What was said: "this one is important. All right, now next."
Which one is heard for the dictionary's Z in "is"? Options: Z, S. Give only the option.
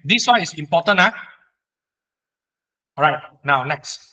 S